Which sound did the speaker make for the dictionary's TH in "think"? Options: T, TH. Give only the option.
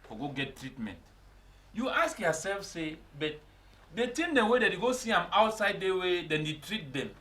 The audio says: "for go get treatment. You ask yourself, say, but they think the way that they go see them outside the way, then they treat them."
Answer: T